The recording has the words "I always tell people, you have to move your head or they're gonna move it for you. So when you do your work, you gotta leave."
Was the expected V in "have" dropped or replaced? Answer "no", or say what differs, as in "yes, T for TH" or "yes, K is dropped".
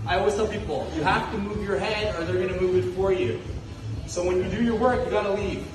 yes, F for V